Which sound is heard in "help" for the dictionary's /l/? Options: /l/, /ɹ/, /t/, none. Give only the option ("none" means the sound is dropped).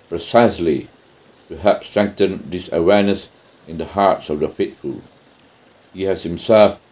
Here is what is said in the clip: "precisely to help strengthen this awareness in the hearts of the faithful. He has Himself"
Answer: none